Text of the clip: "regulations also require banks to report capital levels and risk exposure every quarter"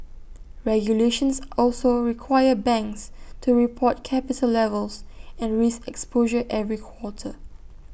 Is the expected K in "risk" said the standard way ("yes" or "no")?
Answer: no